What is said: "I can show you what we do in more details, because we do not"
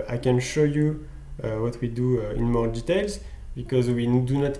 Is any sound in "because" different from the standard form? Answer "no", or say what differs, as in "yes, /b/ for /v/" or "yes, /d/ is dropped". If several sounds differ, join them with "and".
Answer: no